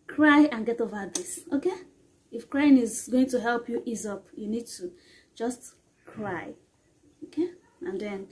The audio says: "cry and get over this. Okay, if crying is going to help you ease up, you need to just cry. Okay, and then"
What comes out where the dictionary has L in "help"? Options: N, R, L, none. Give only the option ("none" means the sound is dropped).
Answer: L